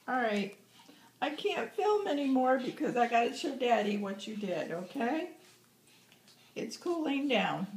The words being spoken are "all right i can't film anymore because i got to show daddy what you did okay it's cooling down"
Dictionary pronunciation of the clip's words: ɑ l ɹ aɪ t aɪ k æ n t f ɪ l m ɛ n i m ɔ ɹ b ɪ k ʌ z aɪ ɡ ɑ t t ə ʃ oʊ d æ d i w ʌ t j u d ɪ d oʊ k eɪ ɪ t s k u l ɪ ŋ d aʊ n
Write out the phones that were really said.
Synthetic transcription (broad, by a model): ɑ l ɹ aɪ t aɪ k æ n t f ɪ l m ɛ n i m ɔ ɹ b ɪ k ʌ z aɪ ɡ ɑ t s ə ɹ d æ d i w ʌ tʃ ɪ d ɪ d oʊ k eɪ ɪ t s k u l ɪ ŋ d aʊ n